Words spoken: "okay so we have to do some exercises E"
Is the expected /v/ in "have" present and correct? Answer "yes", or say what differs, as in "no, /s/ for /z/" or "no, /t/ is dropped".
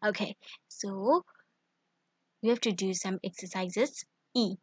no, /f/ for /v/